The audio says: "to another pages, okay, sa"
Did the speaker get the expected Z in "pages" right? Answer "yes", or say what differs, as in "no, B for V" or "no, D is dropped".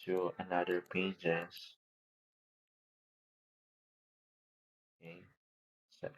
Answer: no, S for Z